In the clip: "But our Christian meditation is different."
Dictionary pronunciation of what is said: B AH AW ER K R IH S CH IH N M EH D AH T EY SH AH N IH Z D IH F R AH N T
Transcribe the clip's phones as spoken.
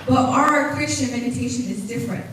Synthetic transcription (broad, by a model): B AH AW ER K R IH S CH IH N M EH D AH T EY SH AH N IH Z D IH F R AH N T